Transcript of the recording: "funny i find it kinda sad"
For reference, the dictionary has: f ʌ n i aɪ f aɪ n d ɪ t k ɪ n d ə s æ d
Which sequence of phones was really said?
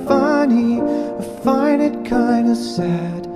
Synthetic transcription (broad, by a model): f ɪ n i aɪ f aɪ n ɪ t k ɪ n d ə s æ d